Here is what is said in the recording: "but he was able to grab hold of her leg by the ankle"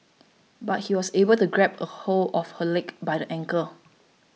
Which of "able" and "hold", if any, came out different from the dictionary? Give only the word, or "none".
hold